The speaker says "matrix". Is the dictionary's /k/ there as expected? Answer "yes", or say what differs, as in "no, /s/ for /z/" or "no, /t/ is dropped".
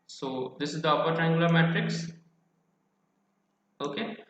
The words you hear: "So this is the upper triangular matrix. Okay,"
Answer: yes